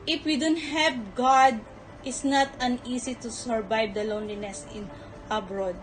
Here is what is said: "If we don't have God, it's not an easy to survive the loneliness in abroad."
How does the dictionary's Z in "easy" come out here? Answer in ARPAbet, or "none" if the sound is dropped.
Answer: S